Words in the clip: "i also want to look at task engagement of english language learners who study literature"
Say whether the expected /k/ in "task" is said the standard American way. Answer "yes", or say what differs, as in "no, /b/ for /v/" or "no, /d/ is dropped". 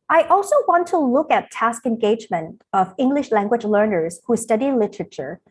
yes